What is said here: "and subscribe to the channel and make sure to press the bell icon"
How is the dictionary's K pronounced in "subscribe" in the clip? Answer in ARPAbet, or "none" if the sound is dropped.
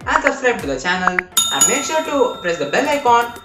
none